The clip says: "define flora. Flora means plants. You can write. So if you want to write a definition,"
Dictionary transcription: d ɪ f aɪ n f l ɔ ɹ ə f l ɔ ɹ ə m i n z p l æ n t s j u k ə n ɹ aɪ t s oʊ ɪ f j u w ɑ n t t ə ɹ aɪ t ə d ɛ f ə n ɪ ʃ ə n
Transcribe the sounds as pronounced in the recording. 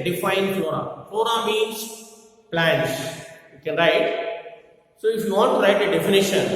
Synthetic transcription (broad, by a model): d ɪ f aɪ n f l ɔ ɹ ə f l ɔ ɹ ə m i n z p l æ n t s j u k ə n ɹ aɪ t s oʊ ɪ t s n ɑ t t ə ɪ t ə d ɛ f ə n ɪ ʃ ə n